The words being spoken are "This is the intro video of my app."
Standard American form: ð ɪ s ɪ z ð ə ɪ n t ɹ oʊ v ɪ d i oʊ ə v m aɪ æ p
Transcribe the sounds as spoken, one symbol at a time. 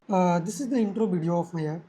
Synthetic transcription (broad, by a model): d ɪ s ɪ z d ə ɪ n t ɹ oʊ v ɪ d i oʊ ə f m aɪ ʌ